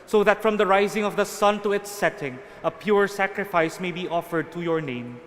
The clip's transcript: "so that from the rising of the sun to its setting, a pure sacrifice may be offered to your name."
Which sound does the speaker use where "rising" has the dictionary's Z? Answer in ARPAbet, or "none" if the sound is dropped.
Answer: Z